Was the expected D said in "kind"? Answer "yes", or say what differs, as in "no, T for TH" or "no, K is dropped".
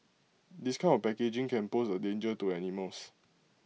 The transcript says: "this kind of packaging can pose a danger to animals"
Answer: no, D is dropped